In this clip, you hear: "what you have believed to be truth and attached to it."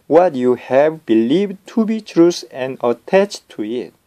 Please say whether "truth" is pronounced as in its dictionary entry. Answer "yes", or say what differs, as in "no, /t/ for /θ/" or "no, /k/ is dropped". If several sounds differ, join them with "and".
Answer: no, /s/ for /θ/